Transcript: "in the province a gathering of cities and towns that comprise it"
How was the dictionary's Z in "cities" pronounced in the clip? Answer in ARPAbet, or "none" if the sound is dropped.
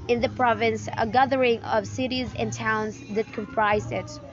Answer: Z